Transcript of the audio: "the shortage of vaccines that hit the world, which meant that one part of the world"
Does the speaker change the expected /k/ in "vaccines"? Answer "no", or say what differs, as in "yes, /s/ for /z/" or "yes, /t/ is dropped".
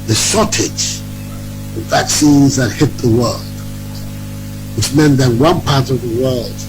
no